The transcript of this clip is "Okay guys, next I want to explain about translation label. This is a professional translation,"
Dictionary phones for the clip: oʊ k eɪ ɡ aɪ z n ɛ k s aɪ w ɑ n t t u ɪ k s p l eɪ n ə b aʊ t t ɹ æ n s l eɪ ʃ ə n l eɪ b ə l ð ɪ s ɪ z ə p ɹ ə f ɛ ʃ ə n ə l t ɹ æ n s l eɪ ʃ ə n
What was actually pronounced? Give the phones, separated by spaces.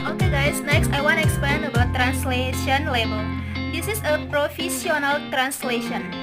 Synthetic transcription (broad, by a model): oʊ k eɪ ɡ aɪ s n ɛ k s aɪ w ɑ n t t u ɪ k s p l eɪ n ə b aʊ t t ɹ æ n s l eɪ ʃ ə n l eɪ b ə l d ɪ s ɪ s ə p ɹ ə f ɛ s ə n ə l t ɹ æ n s l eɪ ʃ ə n